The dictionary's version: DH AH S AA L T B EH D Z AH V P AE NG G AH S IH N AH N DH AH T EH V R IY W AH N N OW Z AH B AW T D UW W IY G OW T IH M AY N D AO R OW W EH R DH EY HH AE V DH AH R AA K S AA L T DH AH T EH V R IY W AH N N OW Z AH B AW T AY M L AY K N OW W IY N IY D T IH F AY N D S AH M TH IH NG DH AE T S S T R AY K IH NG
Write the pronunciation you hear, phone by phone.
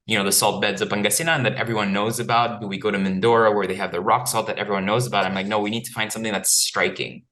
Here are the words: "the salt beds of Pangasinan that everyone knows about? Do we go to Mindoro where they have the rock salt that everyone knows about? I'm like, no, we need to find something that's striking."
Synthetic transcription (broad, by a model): DH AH S AA L T B EH D Z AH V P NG G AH S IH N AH N DH AH T EH V R IY W AH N N OW Z AH B AW T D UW W IY G OW T IH M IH N D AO R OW W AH R DH EY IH V DH AH R AA K S AA L T DH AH T EH V R IY W AH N N OW Z AH B AW T AY M L AY K N OW W IY N IY D T IH F AY N D S AH M TH IH NG DH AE T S S T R AY K IH NG